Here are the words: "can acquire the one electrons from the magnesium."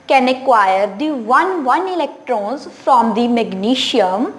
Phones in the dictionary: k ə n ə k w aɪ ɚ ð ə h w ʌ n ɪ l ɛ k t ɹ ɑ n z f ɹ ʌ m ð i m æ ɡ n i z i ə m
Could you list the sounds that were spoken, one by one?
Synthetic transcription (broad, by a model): k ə n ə k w aɪ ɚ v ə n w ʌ n ɪ l ɛ k t ɹ ɑ n z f ɹ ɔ m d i m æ ɡ n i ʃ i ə m